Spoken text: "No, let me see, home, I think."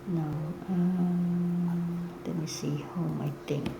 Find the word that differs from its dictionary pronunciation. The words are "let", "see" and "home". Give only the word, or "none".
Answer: let